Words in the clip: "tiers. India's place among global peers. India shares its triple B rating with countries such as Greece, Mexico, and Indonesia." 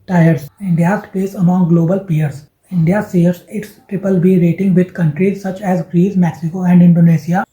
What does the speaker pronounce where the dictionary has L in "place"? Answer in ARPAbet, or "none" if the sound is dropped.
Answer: none